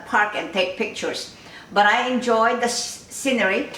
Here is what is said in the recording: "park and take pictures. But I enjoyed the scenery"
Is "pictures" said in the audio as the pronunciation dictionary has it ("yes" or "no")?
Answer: no